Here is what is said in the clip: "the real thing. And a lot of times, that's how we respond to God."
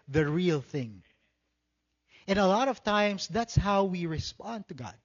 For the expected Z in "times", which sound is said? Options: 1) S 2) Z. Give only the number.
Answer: 1